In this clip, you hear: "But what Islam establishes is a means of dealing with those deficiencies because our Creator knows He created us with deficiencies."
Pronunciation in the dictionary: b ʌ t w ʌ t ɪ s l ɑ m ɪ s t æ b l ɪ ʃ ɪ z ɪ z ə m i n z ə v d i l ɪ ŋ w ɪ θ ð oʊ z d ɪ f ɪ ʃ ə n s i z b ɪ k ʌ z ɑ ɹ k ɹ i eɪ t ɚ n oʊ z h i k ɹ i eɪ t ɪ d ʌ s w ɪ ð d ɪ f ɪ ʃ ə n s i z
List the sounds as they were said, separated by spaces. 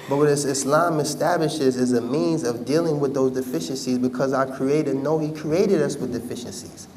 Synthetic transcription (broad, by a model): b ʌ t w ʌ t ɪ s l ɑ m ɪ s t æ b l ɪ ʃ ɪ z ɪ z ə m i n z ə v d i l ɪ ŋ w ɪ ð oʊ z d ɪ f ɪ ʃ ə n s i z b ɪ k ʌ z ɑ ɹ k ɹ i eɪ t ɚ n oʊ h i k ɹ i eɪ t ɪ d ʌ s w ɪ ð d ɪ f ɪ ʃ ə n s i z